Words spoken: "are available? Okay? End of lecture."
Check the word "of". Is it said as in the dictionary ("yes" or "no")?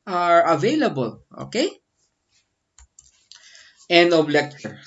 no